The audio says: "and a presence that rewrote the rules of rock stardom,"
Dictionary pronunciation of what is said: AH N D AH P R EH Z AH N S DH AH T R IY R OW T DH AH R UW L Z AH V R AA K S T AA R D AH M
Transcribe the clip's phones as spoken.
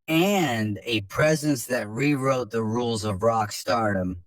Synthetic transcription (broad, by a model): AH N D AH P R EH Z AH N S DH AH T R IY R OW T DH AH R UW L Z AH V R AA K S T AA R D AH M